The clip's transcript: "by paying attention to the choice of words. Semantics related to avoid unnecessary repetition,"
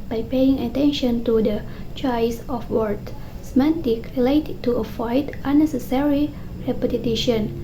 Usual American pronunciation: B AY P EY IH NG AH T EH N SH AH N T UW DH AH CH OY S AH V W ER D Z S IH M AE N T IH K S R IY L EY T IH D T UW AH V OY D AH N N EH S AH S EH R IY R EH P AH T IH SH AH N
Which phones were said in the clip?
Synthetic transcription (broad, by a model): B AY P EY IH NG AH T EH N SH AH N T UW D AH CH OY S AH F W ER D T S M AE N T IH K R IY L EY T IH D T UW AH F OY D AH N N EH S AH S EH R IY R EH P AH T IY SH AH N